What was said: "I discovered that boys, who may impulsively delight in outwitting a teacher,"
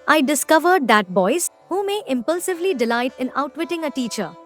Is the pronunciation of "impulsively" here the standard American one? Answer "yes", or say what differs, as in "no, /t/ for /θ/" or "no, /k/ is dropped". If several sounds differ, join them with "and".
yes